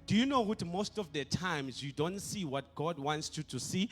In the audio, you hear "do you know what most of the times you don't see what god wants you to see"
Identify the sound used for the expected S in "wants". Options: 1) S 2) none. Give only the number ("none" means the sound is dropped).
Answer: 1